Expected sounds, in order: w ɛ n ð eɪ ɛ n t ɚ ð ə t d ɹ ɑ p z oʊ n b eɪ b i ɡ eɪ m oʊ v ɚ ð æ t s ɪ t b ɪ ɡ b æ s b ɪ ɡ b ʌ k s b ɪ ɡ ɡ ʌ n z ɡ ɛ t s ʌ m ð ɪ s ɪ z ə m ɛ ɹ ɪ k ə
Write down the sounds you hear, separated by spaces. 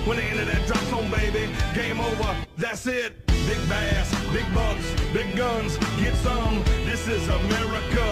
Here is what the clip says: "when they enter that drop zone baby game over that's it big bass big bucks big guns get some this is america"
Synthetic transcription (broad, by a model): w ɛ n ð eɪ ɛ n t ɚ ð ə t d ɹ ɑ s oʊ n b eɪ b i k eɪ m oʊ v ɚ ð æ t s ɪ t b ɪ ɡ b æ s b ɪ ɡ b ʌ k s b ɪ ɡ ɡ ʌ n z ɡ ɛ t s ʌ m ð ɪ s ɪ z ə m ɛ ɹ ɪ k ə